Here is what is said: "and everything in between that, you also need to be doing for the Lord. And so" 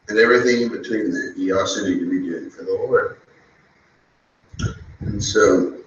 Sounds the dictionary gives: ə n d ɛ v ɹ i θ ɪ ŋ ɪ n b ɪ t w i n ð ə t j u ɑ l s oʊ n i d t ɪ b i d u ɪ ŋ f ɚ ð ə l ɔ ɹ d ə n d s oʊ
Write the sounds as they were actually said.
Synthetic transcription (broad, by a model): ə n ɛ v ɹ i θ ɪ ŋ ɪ n b ɪ t w i n ð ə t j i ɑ s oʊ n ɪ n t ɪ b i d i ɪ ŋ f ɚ ð ə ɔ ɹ ə n s oʊ